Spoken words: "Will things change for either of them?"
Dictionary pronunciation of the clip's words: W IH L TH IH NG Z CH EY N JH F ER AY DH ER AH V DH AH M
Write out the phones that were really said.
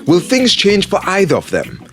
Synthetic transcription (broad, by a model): W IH L TH IH NG Z CH EY N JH F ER AY DH ER AH V DH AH M